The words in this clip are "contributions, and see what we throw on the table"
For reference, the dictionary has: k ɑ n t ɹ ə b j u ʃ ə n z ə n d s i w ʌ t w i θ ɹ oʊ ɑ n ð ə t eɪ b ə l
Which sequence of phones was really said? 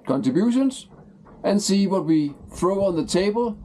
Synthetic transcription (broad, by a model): k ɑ n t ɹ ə b j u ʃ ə n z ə n s i w ʌ t w i θ ɹ oʊ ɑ n ð ə t eɪ b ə l